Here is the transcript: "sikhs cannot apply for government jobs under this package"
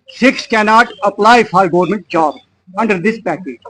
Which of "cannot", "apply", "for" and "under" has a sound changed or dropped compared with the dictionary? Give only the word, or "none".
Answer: for